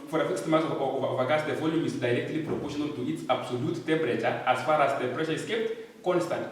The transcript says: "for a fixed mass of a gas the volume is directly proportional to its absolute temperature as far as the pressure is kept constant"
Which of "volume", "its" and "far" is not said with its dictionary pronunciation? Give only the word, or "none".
none